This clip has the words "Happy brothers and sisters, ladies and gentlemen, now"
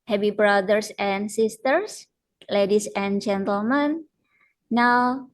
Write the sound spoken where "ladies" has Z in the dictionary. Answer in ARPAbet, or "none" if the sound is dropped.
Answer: S